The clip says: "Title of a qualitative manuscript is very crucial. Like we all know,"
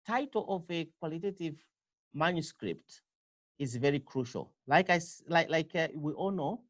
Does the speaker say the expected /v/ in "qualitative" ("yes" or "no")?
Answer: yes